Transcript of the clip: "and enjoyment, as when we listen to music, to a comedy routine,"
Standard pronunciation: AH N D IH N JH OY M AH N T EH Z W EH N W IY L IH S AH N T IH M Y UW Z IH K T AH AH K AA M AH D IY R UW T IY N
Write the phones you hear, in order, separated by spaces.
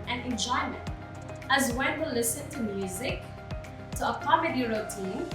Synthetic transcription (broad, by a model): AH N IH N JH OY M AH N T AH Z W EH N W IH L IH S AH N T IH M Y UW Z IH K T AH AH K AA M AH D IY R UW T IY N